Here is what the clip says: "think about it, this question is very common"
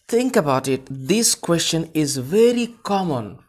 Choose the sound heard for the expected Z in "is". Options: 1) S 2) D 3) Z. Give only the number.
3